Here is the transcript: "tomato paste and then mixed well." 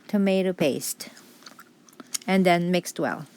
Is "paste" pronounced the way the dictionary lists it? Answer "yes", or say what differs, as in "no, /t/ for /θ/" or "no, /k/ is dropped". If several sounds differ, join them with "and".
yes